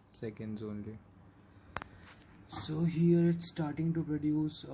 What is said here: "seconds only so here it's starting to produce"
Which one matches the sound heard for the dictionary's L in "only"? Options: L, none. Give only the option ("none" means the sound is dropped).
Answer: L